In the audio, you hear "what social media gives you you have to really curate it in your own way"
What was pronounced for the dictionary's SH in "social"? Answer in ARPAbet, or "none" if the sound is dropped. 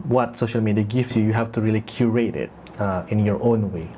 SH